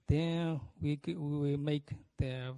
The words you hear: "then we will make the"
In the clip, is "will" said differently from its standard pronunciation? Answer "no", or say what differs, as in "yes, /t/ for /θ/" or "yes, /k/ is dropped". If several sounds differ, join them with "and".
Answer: yes, /w/ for /l/